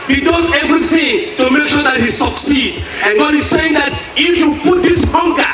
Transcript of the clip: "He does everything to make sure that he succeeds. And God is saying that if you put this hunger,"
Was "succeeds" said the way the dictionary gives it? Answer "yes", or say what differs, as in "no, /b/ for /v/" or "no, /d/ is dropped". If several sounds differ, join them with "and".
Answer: no, /z/ is dropped